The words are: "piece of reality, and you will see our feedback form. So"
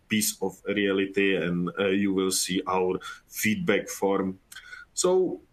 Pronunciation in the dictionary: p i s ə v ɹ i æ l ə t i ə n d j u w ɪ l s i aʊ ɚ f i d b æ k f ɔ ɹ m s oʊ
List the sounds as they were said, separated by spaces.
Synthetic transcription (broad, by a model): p i s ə f ɹ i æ l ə t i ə n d j u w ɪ l s i aʊ ɚ f i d b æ k f ɔ ɹ m s oʊ